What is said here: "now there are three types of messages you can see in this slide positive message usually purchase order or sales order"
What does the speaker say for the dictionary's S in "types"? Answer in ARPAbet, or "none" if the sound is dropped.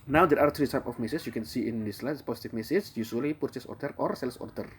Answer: none